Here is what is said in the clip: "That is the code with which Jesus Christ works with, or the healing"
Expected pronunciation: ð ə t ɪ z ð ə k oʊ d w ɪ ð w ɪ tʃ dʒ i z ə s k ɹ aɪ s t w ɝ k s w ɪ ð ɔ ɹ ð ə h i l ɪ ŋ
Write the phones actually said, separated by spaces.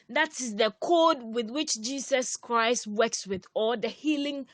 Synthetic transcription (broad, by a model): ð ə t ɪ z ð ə k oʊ d w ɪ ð w ɪ tʃ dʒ i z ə s k ɹ aɪ s t w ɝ k s w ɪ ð ɔ l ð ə h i l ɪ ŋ